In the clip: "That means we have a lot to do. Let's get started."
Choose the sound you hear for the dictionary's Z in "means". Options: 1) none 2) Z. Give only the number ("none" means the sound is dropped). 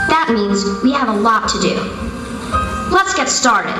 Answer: 2